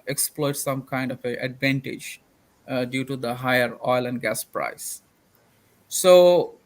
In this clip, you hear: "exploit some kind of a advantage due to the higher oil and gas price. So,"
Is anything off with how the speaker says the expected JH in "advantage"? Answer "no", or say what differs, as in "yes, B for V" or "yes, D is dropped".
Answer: no